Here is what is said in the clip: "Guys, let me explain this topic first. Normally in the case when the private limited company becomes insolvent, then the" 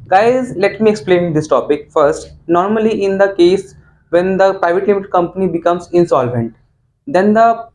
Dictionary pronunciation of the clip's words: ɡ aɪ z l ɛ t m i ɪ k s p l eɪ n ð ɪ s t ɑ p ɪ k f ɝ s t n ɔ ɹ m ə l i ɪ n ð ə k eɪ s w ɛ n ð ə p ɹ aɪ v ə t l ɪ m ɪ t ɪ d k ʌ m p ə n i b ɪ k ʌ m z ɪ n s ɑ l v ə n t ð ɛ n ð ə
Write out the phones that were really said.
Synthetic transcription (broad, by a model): ɡ aɪ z l ɛ t m i ɪ k s p l eɪ n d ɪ s t ɑ p ɪ k f ɝ s t n ɔ ɹ m ə l i ɪ n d ə k eɪ s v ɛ n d ə p ɹ aɪ v ə t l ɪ m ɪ t k ʌ m p ə n i b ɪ k ʌ m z ɪ n s ɑ l v ə n t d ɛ n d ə